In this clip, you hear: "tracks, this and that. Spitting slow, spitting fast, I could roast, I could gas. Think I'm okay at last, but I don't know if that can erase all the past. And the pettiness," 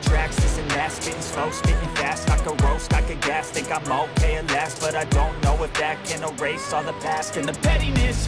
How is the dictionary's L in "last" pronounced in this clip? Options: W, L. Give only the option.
L